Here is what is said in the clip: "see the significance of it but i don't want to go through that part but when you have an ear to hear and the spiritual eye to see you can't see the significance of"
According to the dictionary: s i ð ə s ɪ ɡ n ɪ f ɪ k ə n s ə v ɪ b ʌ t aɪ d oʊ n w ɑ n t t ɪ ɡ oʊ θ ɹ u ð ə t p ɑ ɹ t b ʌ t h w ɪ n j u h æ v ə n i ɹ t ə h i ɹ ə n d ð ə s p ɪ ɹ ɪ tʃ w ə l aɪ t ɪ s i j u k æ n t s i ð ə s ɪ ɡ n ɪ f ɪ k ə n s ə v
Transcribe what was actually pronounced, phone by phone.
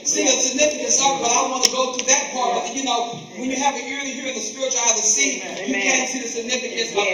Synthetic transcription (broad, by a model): s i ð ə s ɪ ɡ n ɪ f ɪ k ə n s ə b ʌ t aɪ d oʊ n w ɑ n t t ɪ ɡ oʊ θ u ð ə t p ɑ ɹ t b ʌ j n w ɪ n j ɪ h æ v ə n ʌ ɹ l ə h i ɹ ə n ð ə s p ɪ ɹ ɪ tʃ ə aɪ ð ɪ s i j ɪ k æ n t s i ð ə s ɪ ɡ n ɪ f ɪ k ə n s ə